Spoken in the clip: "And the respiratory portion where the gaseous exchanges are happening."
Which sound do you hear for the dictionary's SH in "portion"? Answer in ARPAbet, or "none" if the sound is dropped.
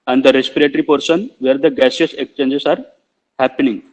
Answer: S